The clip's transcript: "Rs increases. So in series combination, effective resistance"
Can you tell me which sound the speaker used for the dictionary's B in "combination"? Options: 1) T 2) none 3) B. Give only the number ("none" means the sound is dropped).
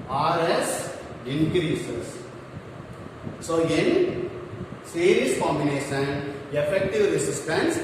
2